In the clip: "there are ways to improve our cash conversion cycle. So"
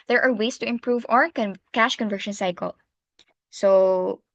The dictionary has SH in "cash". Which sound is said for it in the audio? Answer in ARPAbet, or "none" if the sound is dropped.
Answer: SH